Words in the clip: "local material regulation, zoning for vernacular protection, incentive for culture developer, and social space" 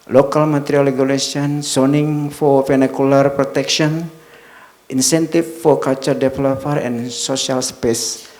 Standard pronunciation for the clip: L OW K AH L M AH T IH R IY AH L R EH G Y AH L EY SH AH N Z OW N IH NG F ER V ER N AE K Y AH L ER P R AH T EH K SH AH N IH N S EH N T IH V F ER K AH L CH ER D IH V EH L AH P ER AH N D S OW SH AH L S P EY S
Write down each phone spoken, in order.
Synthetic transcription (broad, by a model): L OW K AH L M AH T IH R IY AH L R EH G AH L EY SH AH N S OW N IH NG F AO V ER N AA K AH L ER P R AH T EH K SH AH N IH N S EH N T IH F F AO K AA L CH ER D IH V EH L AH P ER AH N S OW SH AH L S P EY S